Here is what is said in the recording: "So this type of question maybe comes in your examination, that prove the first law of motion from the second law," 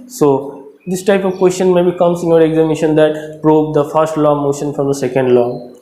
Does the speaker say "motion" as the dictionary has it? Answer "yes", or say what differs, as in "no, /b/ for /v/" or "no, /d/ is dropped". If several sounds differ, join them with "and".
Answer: yes